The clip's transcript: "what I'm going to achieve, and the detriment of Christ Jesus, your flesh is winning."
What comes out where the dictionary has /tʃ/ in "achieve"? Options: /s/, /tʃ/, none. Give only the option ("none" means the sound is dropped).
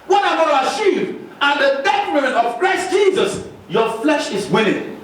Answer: /s/